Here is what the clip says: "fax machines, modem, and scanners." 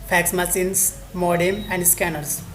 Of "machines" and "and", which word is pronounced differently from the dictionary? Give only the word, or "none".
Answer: machines